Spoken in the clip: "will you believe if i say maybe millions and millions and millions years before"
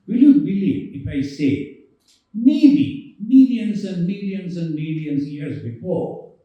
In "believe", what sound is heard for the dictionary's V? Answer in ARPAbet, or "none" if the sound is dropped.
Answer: none